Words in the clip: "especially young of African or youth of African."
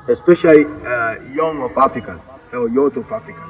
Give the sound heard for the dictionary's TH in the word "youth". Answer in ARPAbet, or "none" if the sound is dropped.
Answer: T